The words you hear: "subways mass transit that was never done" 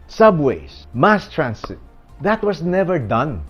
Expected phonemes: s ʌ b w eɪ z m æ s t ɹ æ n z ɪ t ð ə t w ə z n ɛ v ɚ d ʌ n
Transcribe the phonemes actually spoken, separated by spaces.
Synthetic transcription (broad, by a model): s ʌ b w eɪ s m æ s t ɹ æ n s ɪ t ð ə t w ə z n ɛ v ɚ d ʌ n